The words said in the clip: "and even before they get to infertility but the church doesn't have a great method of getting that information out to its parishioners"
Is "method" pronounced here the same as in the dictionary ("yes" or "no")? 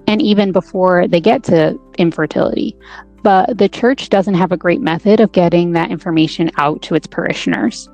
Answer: yes